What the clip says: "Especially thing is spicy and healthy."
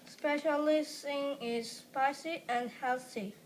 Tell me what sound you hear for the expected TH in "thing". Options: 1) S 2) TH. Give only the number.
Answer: 1